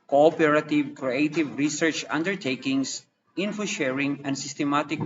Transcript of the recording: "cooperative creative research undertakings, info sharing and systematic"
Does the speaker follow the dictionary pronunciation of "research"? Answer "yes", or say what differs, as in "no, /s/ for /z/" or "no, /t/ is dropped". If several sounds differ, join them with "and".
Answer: yes